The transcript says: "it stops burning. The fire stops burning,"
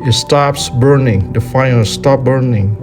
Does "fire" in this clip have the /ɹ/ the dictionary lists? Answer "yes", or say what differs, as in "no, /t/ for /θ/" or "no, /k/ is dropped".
no, /l/ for /ɹ/